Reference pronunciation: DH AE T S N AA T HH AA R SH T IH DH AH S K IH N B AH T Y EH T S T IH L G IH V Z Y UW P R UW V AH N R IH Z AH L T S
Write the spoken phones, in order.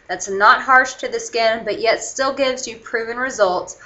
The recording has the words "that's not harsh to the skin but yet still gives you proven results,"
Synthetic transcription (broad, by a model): DH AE T S N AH T HH AA R SH T IH DH AH S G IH N B AH T Y EH T S T IH L G IH V Z Y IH P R UW V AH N R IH Z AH L T S